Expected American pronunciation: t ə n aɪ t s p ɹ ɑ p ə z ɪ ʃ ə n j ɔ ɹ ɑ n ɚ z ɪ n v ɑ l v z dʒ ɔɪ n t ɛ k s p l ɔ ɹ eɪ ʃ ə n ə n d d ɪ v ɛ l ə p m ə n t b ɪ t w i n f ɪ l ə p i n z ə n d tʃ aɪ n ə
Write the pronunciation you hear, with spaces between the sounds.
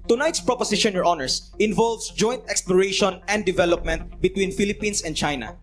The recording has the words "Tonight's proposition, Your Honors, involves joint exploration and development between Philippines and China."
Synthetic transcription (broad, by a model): t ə n aɪ t s p ɹ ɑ p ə s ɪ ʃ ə n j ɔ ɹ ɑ n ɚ s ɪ n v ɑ l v s dʒ ɔɪ n t ɛ k s p l ɔ ɹ eɪ ʃ ə n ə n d d ɪ v ɛ l ə p m ə n t b ɪ t w i n f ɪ l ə p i n s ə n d tʃ aɪ n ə